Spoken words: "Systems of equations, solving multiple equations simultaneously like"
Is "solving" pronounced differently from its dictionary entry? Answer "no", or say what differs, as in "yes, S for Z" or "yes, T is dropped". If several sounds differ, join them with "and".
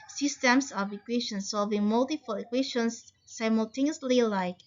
yes, L is dropped